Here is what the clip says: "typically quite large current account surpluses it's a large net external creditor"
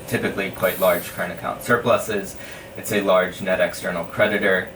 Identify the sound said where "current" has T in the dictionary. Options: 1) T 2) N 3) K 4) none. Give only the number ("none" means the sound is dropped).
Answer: 4